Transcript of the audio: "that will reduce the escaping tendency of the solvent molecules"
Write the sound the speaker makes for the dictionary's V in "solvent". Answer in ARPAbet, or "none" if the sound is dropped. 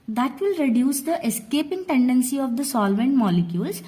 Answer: V